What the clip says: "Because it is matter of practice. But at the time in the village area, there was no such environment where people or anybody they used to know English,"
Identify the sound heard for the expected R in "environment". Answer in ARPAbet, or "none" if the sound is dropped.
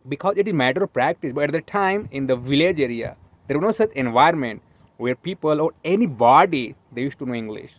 none